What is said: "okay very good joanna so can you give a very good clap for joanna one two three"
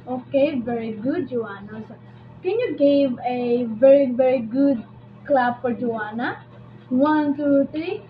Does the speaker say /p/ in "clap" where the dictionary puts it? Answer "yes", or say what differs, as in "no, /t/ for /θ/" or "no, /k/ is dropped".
no, /b/ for /p/